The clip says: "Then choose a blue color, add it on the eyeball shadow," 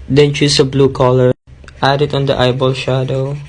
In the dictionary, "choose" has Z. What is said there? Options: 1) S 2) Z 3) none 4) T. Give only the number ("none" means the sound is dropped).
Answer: 1